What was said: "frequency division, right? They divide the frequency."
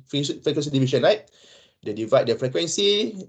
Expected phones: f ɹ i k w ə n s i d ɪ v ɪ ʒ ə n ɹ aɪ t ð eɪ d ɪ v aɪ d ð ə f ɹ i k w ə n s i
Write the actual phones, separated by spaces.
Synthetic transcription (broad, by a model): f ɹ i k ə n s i d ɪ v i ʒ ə n l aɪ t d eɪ d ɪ v aɪ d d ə f ɹ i k w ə n s i